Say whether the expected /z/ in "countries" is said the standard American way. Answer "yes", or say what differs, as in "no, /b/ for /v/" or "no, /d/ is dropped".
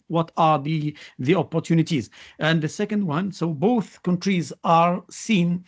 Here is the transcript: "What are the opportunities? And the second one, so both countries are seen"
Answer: yes